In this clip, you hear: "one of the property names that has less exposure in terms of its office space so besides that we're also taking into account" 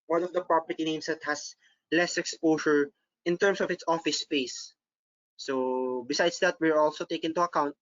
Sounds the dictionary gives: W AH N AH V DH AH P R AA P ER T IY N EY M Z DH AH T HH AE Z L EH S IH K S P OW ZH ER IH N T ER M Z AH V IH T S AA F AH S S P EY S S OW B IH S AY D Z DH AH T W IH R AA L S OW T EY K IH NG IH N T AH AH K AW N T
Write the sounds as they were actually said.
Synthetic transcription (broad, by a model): W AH N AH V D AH P R AA P ER T IY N EY M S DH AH T HH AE S L EH S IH K S P OW SH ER IH N T ER M S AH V IH T S AA F AH S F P EY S S OW B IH S AY D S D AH T W IH R AA L S OW T EY IH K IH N T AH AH K AW N T